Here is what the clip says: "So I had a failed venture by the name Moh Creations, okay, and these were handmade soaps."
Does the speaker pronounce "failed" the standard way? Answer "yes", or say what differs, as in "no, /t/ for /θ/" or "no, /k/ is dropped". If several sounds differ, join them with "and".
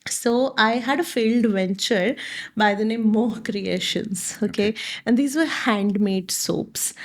yes